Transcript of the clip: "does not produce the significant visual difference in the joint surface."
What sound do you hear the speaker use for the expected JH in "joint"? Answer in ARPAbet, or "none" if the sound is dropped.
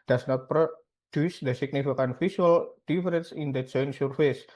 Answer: CH